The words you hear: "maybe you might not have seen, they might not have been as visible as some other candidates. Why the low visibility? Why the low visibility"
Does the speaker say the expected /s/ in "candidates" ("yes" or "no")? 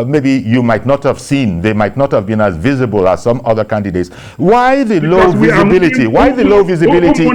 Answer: yes